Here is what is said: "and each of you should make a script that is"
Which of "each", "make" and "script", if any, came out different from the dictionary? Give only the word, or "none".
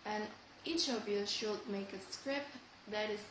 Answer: none